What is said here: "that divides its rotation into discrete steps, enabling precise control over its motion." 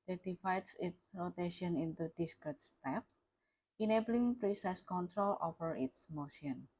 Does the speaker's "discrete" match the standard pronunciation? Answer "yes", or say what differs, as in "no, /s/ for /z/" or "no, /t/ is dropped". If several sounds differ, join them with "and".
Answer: no, /ɹ/ is dropped